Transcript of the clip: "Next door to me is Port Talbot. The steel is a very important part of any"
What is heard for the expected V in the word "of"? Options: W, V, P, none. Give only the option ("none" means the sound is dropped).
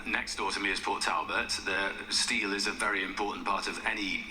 V